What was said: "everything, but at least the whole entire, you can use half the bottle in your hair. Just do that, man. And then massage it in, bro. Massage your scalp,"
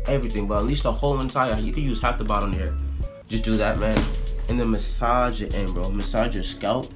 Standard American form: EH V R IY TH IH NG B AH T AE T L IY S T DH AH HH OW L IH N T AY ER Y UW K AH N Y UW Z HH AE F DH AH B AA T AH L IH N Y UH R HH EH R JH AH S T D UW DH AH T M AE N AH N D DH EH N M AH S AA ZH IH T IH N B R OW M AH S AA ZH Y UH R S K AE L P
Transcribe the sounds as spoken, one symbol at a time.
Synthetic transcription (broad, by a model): EH V R IY TH IH NG B AH T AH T L IY S T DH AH HH OW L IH N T AY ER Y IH K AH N Y UW Z HH AE F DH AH B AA T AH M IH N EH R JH AH S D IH DH AH T M AE N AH N DH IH M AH S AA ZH IH T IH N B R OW M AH S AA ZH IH S K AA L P